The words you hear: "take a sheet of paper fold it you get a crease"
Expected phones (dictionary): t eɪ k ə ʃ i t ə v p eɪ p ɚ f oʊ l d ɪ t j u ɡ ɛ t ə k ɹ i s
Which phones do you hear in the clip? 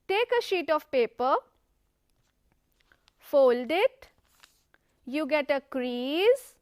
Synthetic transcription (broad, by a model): t eɪ k ə ʃ i t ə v p eɪ p ɚ f oʊ l d ɪ t j u ɡ ɛ t ə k ɹ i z